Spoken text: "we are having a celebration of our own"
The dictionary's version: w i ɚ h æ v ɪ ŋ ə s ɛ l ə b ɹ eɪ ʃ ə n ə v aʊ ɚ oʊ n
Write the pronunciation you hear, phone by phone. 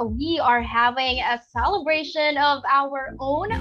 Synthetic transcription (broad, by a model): w i ɚ h æ v ɪ ŋ ə s ɛ l ə b ɹ eɪ ʃ ə n ə v aʊ ɚ oʊ n